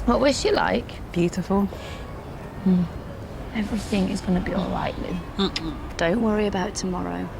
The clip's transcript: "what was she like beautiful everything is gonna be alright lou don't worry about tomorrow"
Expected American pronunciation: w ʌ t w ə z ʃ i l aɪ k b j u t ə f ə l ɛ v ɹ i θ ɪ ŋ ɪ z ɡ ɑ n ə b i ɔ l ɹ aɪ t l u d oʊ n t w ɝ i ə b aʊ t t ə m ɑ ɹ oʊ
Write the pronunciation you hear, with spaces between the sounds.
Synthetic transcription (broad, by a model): w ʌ t w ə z ʃ i l aɪ k b j u t ə f ə l ɛ v ɹ i θ ɪ ŋ ɪ z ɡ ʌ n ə b i ɔ l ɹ aɪ t l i d oʊ n t w ɝ i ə b aʊ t t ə m ɑ ɹ oʊ